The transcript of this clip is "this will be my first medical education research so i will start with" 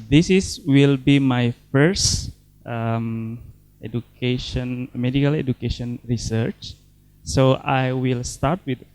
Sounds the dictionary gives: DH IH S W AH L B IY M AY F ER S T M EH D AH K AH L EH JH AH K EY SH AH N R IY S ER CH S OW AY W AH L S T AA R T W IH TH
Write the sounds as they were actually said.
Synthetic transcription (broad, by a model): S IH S W AH L B IY M AY F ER S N M EH D AH K AH L EH JH AH K EY SH AH N R IY S ER CH S OW AY W AH L S T AA R T W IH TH